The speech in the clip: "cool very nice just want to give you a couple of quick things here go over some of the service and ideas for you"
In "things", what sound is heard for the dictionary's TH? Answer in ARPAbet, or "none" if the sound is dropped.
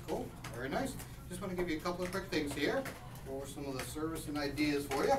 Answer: TH